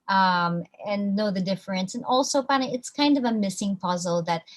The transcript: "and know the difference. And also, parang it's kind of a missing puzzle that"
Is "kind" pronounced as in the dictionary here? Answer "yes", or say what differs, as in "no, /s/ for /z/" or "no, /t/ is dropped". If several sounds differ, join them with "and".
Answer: yes